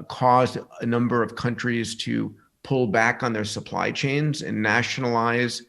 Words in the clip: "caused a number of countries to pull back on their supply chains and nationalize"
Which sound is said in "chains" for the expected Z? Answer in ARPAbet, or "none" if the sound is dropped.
Z